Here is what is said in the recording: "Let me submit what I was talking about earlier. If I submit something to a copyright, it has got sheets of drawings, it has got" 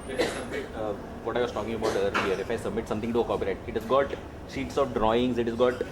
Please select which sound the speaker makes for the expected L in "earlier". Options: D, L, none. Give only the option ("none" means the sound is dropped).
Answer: none